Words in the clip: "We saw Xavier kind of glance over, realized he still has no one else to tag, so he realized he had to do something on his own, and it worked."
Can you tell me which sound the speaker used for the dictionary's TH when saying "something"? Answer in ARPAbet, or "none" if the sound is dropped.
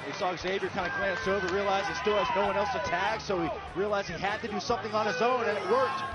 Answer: TH